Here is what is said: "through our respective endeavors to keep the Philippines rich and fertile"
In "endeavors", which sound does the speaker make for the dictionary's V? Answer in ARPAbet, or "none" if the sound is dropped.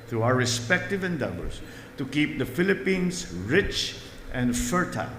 B